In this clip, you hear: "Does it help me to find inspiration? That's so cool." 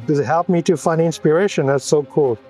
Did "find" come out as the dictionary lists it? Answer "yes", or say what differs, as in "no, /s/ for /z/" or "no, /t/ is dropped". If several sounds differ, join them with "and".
no, /d/ is dropped